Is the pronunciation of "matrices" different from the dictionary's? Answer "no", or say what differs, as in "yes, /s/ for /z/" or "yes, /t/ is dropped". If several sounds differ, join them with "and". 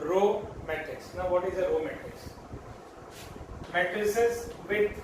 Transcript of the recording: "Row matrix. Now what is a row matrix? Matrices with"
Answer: yes, /ɹ/ is dropped